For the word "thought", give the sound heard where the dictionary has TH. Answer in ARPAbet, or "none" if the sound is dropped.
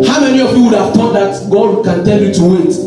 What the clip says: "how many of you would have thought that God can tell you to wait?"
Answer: T